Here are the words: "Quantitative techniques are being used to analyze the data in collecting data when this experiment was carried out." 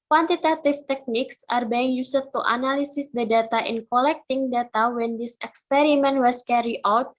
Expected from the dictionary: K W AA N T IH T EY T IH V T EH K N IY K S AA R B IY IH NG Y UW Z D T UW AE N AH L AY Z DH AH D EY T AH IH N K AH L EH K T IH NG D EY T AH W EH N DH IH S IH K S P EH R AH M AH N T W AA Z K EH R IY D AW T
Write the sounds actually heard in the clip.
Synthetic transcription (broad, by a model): K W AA N T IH T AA T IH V T EH K N IY K S AA R B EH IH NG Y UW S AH T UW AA N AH L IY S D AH D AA T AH IH N K AH L EH K T IH NG D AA T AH W EH N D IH S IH K S P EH R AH M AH N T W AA S K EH R IY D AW T